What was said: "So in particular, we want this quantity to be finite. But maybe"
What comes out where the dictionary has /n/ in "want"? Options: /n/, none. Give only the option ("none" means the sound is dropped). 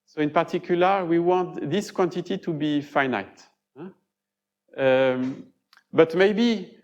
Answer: none